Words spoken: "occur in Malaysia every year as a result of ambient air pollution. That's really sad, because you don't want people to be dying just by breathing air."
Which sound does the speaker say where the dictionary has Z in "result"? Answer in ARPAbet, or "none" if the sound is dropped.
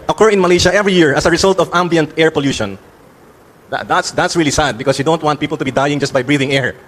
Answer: S